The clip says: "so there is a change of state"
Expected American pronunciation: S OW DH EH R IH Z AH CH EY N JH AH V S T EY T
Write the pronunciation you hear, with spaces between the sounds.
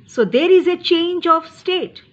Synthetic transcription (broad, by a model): S OW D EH R IH Z AH CH EY N JH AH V S T EY T